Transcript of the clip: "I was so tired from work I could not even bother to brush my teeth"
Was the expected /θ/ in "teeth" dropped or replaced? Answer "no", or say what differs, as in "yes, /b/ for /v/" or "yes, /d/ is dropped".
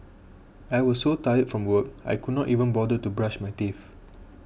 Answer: yes, /f/ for /θ/